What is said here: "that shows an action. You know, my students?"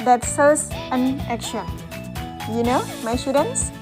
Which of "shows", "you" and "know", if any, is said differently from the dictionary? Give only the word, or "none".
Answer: shows